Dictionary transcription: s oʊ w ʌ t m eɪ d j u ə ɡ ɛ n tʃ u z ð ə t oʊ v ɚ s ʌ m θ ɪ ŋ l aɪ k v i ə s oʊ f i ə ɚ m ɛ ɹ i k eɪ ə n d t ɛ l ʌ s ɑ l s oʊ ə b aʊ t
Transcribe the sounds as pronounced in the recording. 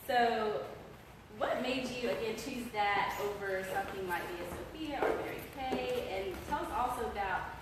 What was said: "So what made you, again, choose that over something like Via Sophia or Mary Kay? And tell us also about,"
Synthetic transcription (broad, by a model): s oʊ w ʌ t m eɪ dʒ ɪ ə ɡ ɛ n tʃ u z ð ə t oʊ v ɚ s ʌ m θ ɪ ŋ l aɪ k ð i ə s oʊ p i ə ɚ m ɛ ɹ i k eɪ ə n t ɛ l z ɑ l s oʊ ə b aʊ t